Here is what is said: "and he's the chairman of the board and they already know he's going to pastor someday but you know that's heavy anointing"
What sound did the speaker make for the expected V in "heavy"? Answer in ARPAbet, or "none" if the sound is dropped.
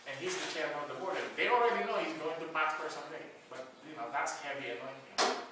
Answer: B